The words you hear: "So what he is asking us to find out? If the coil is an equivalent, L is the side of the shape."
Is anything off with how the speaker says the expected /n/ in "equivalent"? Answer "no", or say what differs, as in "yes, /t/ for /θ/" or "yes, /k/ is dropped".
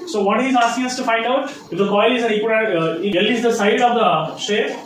yes, /n/ is dropped